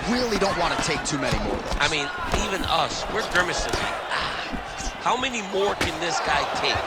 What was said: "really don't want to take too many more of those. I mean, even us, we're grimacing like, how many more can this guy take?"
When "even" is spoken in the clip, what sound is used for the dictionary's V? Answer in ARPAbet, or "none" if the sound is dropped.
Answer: V